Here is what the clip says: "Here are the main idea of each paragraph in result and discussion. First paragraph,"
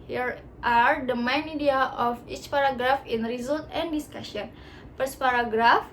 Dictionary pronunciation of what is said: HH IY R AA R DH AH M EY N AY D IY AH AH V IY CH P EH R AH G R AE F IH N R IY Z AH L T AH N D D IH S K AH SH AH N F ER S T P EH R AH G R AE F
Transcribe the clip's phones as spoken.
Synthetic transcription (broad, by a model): HH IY R AA R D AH M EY N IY D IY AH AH F IY CH P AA R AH G R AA F IH N R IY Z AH L T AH N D D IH S K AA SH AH N P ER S P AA R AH G R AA F